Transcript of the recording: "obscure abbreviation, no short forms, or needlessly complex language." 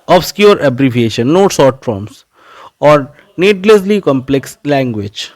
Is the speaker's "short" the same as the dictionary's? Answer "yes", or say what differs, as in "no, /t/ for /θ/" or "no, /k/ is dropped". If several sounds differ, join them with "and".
no, /s/ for /ʃ/